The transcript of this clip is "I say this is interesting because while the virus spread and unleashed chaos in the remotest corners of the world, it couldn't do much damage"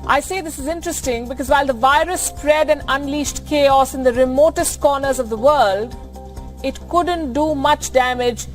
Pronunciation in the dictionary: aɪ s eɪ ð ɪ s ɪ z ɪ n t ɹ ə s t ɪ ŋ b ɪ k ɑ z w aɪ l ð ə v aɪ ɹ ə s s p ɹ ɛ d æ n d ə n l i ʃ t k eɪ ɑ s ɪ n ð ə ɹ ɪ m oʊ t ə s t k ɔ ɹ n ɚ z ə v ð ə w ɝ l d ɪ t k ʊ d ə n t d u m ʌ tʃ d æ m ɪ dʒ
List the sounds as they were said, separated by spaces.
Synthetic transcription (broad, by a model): aɪ s eɪ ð ɪ s ɪ z ɪ n t ɹ ə s t ɪ ŋ b ɪ k ɑ z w aɪ l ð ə v aɪ ɹ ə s s p ɹ ɛ d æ n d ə n l i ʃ t k eɪ ɑ s ɪ n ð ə ɹ ɪ m oʊ t ə s t k ɔ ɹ n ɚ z ə v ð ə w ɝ l d ɪ t k ʊ d ə n t d u m ʌ tʃ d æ m ɪ dʒ